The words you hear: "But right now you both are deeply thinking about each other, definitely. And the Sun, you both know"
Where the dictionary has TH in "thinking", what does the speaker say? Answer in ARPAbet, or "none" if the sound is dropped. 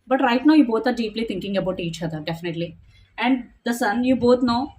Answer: T